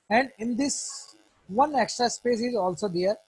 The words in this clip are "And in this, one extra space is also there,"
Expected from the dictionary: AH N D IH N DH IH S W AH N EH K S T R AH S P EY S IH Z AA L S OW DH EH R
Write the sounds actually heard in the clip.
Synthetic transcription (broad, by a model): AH N D IH N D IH S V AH N EH K S T R AH S P EY S IH Z AA L S OW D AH R